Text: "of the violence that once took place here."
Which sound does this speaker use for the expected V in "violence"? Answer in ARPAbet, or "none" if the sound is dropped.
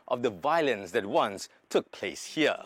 V